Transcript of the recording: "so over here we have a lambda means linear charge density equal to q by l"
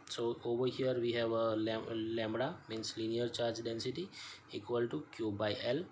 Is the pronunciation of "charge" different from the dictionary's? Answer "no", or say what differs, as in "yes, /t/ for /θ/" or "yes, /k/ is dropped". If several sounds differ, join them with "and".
no